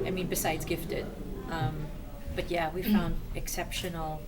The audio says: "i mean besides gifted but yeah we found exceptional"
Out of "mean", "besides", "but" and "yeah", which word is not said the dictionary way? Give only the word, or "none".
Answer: none